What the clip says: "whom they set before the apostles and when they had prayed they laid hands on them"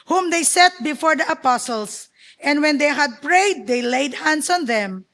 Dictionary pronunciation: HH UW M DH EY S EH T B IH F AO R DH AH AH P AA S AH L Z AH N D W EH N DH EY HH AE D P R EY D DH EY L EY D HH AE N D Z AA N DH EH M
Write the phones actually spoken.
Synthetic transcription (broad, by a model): HH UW M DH EY S EH T B IH F AO R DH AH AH P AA S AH L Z AH N D W EH N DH EY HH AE D P R EY D EY L EY D HH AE N D S AA N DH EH M